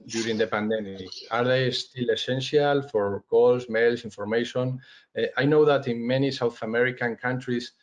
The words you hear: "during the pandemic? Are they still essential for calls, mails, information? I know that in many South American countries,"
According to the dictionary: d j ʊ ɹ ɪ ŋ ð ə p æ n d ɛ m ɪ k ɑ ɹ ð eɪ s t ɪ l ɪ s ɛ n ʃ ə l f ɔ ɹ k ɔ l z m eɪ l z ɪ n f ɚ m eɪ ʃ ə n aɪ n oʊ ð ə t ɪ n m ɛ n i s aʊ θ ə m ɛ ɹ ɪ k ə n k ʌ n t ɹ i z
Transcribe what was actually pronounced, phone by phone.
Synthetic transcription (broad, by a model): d j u ɹ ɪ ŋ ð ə p æ n d ɛ m ɪ k ɑ ɹ ð eɪ s t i l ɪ s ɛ n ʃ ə l f ɔ ɹ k ɔ l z m eɪ l s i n f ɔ m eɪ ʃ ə n aɪ n oʊ ð ə t ɪ n m ɛ n i s aʊ θ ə m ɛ ɹ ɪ k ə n k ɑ n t ɹ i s